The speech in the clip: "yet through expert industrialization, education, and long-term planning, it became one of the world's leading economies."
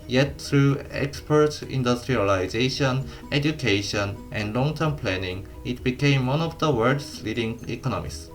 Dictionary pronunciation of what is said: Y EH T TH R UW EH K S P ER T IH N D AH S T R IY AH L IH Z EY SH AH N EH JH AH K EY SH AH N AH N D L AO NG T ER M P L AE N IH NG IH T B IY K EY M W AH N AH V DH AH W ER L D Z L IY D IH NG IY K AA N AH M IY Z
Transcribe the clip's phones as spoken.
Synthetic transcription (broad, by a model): Y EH T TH R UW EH K S P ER T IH N D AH S T R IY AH L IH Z EY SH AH N EH JH AH K EY SH AH N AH N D L AO NG T ER M P L AE N IH NG IH T B IY K EY M W AH N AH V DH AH W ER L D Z L IY D IH NG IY K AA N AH M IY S